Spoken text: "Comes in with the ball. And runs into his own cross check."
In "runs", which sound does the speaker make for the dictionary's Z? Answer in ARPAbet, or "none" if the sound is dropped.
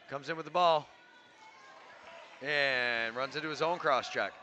Z